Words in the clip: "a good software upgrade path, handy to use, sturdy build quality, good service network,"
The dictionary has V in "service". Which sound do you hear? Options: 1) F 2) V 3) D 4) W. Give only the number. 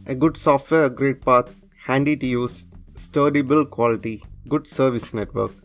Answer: 2